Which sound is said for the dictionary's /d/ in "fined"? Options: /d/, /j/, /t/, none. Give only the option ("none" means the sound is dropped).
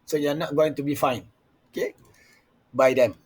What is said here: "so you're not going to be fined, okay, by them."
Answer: none